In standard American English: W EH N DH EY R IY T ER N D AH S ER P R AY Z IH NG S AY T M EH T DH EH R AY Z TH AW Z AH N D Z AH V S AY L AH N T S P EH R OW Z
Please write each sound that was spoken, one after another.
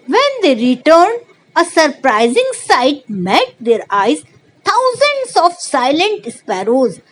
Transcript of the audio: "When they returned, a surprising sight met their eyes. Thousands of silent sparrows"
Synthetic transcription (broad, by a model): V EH N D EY R IY T ER N D AH S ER P R AY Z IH NG S AY T M EH T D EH R AY Z T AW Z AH N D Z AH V S AY L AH N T S P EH R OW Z